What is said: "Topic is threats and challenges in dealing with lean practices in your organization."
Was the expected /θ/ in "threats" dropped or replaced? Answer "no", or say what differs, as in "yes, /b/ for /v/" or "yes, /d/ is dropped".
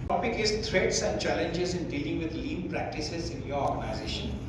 yes, /t/ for /θ/